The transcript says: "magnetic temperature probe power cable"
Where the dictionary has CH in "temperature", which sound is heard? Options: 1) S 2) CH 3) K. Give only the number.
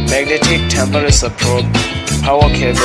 1